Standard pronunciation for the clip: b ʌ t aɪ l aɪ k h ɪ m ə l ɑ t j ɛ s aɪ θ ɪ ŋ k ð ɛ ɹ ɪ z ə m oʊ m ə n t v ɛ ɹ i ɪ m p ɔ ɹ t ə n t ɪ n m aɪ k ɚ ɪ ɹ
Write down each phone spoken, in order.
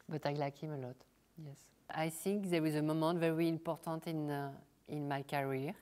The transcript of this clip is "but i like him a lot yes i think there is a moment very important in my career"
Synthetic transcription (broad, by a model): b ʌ t aɪ l aɪ k h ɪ m ə l ɑ t j ɛ s aɪ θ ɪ ŋ k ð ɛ w ɪ z ə m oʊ m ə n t v ɛ ɹ i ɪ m p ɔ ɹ t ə n t ɪ n m aɪ k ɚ ɹ